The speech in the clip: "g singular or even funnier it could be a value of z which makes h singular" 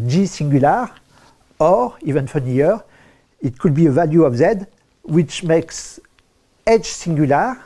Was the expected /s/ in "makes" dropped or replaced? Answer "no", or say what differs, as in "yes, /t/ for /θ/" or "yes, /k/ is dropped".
no